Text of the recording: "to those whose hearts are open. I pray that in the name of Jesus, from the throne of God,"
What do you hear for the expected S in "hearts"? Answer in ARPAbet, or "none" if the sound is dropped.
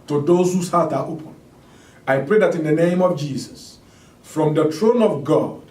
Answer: none